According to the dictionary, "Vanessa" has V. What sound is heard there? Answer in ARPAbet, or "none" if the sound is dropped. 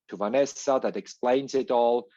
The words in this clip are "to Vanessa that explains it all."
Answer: V